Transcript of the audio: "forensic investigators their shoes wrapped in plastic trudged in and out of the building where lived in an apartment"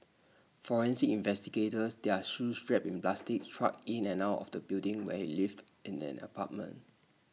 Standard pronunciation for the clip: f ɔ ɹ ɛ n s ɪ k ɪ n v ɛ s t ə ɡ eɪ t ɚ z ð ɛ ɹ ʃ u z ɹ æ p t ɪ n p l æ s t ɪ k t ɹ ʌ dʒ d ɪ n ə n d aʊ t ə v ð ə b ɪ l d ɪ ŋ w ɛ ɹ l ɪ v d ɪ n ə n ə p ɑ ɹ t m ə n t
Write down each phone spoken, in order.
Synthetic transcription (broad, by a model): f ɔ ɹ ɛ n s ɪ ɪ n v ɛ s t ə ɡ eɪ t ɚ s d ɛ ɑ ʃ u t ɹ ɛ p ɪ n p l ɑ s t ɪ k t ɹ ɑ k ɪ n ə n aʊ t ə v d ə b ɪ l d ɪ ŋ w ɛ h l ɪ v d ɪ n ə n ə p ɑ t m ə n t